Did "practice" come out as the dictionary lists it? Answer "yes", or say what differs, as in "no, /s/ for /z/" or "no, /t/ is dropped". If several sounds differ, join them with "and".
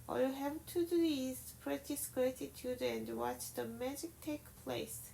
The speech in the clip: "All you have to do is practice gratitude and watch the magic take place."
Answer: no, /k/ is dropped